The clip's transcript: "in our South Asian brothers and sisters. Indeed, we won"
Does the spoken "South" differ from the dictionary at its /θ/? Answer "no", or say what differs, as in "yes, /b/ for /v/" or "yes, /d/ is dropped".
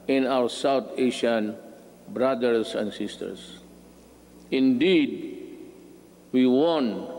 yes, /t/ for /θ/